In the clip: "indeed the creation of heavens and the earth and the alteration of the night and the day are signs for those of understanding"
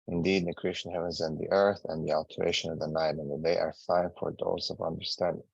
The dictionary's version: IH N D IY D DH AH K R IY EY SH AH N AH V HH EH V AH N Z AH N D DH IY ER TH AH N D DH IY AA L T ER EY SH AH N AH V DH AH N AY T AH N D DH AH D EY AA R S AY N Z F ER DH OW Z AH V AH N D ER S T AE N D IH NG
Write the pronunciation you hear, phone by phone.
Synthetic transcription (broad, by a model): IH N D IY D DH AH K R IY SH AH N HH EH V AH N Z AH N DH IY ER TH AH N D DH IY AA L T ER EY SH AH N AH V DH AH N AY T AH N DH AH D EY AA R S AY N F ER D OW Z AH V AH N D ER S T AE N D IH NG